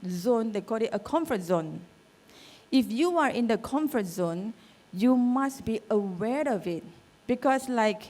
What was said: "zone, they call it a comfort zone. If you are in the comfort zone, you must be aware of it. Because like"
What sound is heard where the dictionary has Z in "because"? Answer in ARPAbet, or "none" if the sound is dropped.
S